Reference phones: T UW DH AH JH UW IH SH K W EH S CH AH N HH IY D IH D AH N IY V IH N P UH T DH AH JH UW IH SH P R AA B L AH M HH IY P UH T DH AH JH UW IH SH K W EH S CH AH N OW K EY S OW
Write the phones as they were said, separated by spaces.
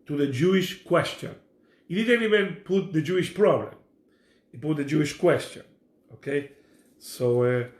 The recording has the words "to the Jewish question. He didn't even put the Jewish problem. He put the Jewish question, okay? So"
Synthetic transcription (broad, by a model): T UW DH AH JH UW IH SH K W EH S CH AH N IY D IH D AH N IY W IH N P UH T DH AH JH UW IH SH P R AA B L AH M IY P UH T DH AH JH UW IH SH K W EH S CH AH N OW K EY S OW